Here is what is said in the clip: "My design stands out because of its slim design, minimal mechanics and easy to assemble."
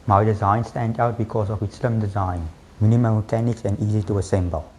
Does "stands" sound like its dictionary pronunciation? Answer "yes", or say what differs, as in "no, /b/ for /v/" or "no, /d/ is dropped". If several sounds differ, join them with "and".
no, /z/ is dropped